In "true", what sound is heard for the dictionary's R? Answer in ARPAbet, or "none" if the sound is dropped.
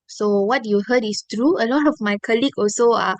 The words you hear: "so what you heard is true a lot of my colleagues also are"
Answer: R